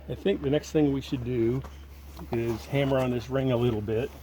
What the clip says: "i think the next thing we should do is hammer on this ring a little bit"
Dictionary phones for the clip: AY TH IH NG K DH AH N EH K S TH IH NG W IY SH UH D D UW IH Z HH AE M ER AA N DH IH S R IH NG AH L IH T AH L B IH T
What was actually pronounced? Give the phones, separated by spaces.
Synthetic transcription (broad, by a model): AY TH IH NG K DH AH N EH K S TH IH NG W IY SH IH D D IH IH Z HH AE M ER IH N DH IH S R IH NG AH L IH T L B IH T